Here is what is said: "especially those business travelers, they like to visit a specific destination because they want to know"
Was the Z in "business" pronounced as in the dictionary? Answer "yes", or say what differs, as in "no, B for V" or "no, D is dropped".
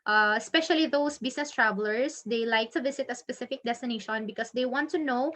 no, S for Z